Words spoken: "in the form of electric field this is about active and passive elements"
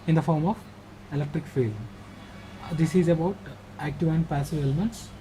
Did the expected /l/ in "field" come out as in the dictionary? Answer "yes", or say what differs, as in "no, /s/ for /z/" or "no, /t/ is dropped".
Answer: yes